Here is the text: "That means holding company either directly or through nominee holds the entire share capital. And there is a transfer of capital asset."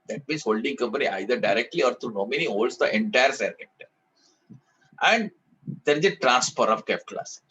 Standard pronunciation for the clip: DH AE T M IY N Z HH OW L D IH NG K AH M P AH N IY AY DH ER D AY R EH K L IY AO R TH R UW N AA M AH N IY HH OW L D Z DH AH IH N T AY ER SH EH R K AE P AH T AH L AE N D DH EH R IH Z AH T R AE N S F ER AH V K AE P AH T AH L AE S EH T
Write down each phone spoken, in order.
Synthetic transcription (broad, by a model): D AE T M IY N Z HH OW L D IH NG K AH M P AH N IY AY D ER D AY R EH K L IY AO R T R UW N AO M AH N IY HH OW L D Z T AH IH N T AY ER S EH R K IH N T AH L AE N D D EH R IH Z AH T R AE N S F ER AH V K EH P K L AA S